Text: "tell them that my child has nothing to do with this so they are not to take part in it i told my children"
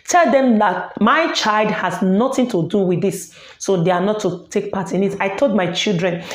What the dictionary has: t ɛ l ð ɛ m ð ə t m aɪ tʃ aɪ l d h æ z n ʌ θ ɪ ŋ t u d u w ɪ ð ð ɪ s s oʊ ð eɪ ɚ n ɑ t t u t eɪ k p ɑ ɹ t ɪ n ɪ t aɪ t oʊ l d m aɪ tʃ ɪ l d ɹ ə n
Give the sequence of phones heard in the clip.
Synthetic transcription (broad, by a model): t ɛ l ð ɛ m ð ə t m aɪ tʃ aɪ l d h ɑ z n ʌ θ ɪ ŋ t u d u w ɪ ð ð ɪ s s oʊ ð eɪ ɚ n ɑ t t u t eɪ k p ɑ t ɪ n ɪ t aɪ t oʊ l d m aɪ tʃ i l d ɹ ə n